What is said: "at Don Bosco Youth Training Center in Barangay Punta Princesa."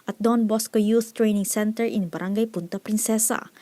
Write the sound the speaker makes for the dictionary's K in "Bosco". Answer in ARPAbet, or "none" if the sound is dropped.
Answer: K